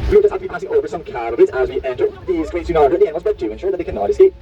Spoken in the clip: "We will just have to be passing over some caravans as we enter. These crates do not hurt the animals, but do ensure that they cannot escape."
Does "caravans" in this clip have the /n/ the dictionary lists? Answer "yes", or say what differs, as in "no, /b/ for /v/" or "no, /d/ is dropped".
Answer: no, /n/ is dropped